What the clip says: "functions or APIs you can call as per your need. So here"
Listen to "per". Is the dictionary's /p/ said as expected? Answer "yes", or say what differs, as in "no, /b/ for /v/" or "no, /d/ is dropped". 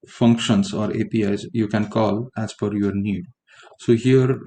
no, /f/ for /p/